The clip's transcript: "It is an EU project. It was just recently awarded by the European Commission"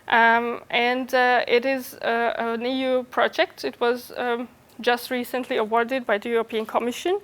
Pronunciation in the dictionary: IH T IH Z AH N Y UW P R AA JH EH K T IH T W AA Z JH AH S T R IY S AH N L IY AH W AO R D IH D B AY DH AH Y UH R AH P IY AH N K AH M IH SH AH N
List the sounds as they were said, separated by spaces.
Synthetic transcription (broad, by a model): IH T IH Z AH N Y UW P R AA JH EH K T IH T W AA Z JH AH S T R IY S AH N L IY AH W AO R D IH D B AY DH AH Y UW R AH P IY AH N K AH M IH SH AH N